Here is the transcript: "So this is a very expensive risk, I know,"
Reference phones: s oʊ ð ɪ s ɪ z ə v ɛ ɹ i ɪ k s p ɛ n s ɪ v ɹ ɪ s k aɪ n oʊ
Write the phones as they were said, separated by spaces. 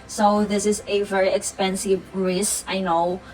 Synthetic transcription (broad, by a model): s oʊ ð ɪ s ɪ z ə v ɛ ɹ i ɪ k s p ɛ n s ɪ v ɹ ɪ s aɪ n oʊ